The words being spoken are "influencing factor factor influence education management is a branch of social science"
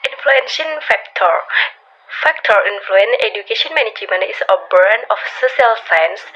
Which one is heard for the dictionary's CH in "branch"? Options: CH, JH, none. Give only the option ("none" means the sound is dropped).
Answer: none